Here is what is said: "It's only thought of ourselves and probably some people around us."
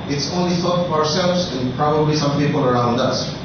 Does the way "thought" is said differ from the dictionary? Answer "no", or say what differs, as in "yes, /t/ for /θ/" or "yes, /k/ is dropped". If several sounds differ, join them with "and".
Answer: yes, /f/ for /θ/